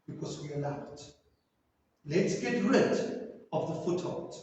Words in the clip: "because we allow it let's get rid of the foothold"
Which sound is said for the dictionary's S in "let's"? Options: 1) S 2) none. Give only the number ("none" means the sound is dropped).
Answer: 1